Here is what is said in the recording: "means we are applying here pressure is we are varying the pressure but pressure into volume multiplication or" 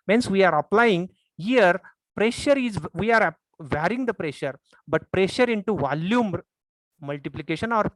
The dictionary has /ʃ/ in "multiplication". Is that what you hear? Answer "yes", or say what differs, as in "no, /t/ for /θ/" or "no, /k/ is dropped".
yes